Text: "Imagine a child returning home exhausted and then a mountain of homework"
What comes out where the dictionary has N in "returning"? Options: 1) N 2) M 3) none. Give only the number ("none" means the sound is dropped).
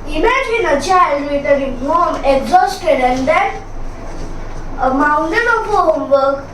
3